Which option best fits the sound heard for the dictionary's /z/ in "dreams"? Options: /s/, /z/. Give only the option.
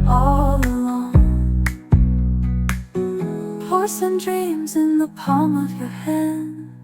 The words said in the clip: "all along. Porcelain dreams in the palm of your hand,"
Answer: /z/